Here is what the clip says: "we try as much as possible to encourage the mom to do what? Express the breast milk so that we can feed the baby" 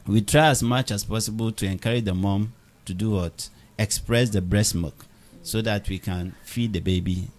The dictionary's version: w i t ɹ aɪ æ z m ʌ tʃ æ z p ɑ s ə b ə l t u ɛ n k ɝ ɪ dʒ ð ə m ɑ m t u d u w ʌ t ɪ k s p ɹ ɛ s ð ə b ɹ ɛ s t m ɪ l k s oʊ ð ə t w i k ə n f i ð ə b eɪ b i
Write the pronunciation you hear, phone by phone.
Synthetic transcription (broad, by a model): w i t ɹ aɪ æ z m ʌ tʃ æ s p ɑ s ə b ə l t u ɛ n k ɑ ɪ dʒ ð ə m ɑ m t u d u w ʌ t ɪ k s p ɹ ɛ s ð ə b ɹ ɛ s m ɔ k s oʊ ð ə t w i k ə n f i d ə b eɪ b i